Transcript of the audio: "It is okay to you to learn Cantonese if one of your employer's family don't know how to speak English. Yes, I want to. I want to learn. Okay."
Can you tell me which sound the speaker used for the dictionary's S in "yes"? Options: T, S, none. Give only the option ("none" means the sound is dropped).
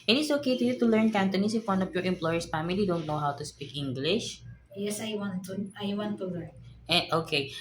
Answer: S